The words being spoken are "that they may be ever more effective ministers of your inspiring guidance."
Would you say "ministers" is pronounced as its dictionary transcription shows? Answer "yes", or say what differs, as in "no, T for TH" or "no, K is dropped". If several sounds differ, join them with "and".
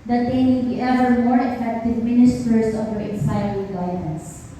no, S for Z